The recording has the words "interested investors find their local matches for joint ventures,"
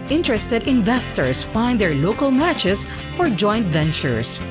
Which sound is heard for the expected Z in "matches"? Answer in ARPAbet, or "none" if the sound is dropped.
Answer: S